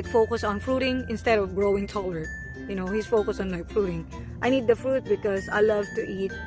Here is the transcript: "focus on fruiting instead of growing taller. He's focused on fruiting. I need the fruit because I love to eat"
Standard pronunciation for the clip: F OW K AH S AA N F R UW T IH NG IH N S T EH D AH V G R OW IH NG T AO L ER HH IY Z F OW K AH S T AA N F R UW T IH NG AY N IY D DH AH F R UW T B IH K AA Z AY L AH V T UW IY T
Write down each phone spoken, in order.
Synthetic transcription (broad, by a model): F OW K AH S AA N F R UW T IH NG IH N S T EH D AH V G R OW IH NG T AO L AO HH IY S F OW K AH S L AA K F R UW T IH NG AY N IY D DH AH F R UW T B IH K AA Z AY L AH V T UW IY T